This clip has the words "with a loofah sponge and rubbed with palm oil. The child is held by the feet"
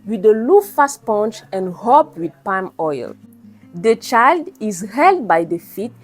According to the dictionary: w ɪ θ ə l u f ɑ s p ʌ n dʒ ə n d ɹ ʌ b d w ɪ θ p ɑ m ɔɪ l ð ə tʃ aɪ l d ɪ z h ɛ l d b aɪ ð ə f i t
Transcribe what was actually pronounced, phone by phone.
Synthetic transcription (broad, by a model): w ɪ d ə l u f ɑ s p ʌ n tʃ ə n d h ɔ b w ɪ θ p ɑ m ɔɪ l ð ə tʃ aɪ l d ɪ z h ɛ l d b aɪ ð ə f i t